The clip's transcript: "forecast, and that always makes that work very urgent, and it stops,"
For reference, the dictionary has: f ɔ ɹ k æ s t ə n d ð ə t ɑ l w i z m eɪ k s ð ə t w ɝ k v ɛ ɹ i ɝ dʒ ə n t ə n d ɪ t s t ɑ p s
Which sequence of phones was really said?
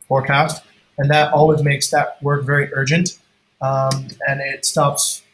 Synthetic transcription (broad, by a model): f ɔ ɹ k æ s t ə n ð ə t ɑ l w i z m eɪ k s ð ə t w ɝ k v ɛ ɹ i ɝ dʒ ə n t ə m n ɪ t s t ɑ p s